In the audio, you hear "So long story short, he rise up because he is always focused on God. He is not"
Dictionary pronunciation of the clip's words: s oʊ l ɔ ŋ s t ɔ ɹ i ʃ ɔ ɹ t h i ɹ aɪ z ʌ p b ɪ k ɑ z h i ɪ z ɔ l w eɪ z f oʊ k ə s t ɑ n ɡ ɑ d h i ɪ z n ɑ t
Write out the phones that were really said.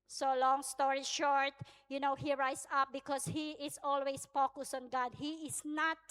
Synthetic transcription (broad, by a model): s oʊ l ɔ ŋ s t ɔ ɹ i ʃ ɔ ɹ t h i ɹ aɪ s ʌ p b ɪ k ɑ s h i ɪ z ɔ l w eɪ s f oʊ k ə s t ɑ n ɡ ɑ d h i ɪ s n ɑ t